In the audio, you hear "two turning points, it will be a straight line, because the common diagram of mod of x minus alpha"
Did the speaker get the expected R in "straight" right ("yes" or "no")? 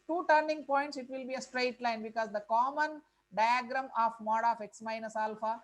yes